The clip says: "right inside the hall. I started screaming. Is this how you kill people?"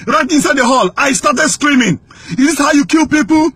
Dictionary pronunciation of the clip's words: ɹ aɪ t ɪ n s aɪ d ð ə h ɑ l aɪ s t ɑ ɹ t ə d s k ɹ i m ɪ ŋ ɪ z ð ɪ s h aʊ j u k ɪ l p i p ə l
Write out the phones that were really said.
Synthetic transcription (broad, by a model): ɹ aɪ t ɪ n s aɪ d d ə h ɑ l aɪ s t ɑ t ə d s k ɹ i m ɪ ŋ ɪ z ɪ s h aʊ j u k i l p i p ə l